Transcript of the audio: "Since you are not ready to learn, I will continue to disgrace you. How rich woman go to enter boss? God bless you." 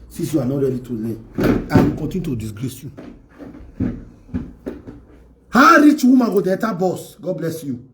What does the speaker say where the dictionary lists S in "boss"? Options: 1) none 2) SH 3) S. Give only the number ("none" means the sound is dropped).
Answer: 3